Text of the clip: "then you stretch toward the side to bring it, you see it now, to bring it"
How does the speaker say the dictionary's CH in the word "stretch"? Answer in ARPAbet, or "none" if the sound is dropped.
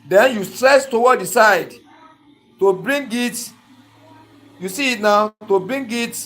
S